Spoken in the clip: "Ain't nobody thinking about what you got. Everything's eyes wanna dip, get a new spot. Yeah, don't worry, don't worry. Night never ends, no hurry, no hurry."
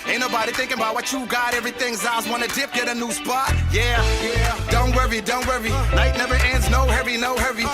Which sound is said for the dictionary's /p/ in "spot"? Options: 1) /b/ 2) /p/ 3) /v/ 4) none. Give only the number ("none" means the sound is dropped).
2